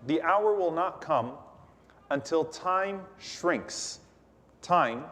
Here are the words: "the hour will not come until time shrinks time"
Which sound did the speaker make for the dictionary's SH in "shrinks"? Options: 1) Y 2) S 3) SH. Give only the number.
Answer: 3